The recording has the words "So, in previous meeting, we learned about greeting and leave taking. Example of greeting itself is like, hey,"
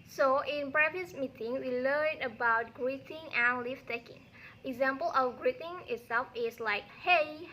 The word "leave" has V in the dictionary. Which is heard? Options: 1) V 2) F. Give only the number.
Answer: 2